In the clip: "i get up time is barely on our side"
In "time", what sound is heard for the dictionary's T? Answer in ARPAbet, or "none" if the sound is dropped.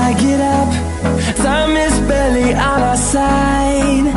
S